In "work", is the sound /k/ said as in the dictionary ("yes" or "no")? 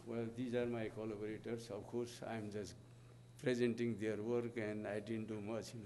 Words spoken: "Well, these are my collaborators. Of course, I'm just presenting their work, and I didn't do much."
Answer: yes